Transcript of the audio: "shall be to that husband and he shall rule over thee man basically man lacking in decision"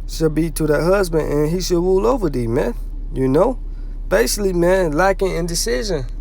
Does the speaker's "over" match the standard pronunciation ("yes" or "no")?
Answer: yes